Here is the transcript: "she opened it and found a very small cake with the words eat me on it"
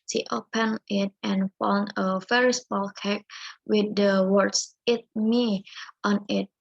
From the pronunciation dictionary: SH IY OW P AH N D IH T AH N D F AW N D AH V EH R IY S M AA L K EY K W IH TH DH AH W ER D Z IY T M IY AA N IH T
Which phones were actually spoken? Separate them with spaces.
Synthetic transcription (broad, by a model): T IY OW P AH N IH T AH N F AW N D AH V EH R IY S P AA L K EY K W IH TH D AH W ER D S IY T M IY AA N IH T